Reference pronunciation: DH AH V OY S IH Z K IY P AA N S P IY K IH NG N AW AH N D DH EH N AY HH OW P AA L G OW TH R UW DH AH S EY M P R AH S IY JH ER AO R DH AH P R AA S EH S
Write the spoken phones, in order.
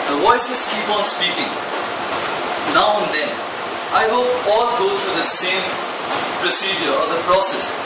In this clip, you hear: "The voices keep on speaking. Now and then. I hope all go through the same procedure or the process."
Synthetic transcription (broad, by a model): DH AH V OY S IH S K IY P AA N S P IY K IH NG N AW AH N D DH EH N AY HH OW P AA L G OW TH R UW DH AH S EY M P R AH S IY JH ER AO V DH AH P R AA S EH S